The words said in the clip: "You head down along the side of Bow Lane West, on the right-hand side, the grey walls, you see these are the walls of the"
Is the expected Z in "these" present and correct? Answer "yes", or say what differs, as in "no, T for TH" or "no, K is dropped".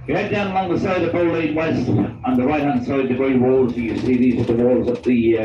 yes